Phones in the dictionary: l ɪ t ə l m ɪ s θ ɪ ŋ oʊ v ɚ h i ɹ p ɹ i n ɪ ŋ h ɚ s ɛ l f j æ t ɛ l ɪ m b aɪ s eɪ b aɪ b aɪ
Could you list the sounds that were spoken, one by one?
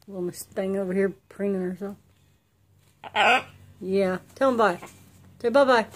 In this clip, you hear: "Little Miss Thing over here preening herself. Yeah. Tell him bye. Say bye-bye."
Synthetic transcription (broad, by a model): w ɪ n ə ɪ s t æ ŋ oʊ v ɚ h i ɹ p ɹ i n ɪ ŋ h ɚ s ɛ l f j æ t ɛ l ɪ m b aɪ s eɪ b aɪ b aɪ